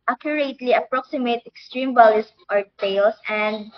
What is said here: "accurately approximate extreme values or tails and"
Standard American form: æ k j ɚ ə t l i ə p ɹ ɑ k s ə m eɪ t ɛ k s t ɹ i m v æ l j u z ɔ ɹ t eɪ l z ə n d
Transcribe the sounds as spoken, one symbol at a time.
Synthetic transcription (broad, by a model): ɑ k j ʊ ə t l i ə p ɹ ɑ k s ə m eɪ t ɛ k s t ɹ i m b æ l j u s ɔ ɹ t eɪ l s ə n d